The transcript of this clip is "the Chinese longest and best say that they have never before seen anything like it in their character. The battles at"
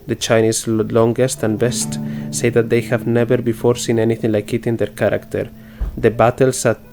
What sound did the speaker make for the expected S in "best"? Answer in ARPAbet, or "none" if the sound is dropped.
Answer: S